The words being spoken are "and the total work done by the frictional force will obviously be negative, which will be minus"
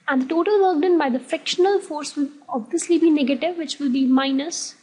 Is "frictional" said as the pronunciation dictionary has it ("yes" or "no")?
no